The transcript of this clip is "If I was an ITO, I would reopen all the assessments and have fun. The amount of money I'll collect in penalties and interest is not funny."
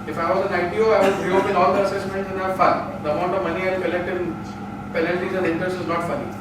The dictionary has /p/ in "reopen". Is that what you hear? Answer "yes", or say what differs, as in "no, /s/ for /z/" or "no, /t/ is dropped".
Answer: no, /p/ is dropped